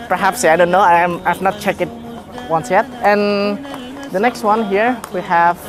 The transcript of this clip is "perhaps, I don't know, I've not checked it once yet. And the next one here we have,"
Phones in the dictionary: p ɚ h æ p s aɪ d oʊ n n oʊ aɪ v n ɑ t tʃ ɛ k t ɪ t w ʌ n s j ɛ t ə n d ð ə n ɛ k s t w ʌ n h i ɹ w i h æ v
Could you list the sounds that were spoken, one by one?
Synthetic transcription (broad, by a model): p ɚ h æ p s aɪ d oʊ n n oʊ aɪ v n ɑ t tʃ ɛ k ɪ t w ʌ n s j ɛ t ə n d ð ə n ɛ k s t w ʌ n h i ɹ w i h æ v